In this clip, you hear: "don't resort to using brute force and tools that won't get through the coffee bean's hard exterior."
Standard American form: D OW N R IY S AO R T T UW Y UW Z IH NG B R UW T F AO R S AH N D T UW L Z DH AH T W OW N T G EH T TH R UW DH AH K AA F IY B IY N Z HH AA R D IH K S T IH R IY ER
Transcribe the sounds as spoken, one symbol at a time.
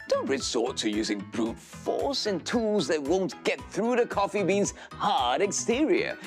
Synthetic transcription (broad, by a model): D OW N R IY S AO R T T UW Y UW Z IH NG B R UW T F AO R S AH N T UW L Z DH AH T W OW N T G EH T TH R UW DH AH K AA F IY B IY N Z HH AA R D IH K S T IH R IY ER